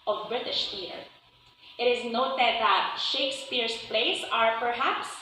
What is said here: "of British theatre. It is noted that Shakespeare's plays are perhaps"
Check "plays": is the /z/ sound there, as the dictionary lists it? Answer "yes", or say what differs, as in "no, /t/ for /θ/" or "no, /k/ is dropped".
no, /s/ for /z/